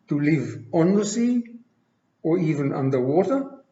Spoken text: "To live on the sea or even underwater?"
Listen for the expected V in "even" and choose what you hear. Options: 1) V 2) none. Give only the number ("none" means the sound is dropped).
1